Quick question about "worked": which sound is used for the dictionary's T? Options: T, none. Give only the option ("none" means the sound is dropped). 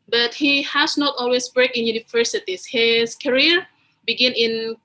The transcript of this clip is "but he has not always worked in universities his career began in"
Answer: none